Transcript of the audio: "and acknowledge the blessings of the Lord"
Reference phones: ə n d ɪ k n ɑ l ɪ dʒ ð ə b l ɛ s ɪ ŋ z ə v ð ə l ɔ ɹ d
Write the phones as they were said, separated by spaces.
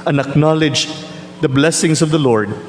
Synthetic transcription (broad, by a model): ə n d ɪ k n ɑ l ɪ dʒ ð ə b l ɛ s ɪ ŋ s ə v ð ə l ɔ ɹ d